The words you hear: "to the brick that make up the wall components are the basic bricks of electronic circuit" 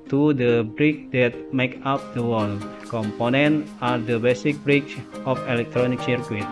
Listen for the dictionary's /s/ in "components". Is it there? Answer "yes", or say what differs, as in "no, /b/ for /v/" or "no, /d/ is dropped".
no, /s/ is dropped